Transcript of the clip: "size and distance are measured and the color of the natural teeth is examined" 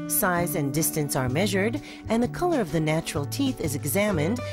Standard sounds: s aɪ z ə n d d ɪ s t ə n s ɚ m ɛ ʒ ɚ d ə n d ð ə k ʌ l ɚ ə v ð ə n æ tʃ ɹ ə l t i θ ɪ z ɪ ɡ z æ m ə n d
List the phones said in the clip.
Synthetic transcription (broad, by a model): s aɪ z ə n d d ɪ s t ə n s ɚ m ɛ ʒ ɚ d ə n ð ə k ʌ l ɚ ə v ð ə n æ tʃ ɹ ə l t i θ ɪ z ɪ ɡ z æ m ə n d